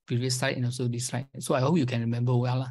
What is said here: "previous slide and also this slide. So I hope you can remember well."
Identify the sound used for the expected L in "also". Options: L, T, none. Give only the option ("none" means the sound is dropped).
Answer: none